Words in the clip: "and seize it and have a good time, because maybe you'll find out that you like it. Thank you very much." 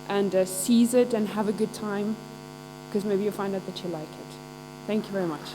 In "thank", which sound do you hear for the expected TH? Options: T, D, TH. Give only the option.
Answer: TH